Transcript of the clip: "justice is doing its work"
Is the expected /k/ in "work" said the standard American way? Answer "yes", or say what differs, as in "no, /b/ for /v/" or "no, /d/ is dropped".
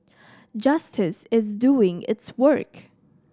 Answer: yes